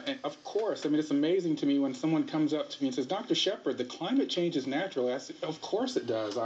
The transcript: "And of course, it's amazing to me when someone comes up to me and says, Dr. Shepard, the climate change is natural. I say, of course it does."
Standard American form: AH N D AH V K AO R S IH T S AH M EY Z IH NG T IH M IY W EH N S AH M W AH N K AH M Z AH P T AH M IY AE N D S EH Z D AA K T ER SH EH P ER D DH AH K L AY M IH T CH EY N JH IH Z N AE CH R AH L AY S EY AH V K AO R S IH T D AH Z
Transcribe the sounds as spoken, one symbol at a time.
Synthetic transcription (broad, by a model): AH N AH V K AO R S IH T S AH M EY Z IH NG T IH M IY W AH N S AH M W AH N K AH M Z AH P T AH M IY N S EH Z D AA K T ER SH EH P ER D DH AH K L AY M IH T CH EY N JH IH Z N AE CH R L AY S AH V K AO R S IH T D AH Z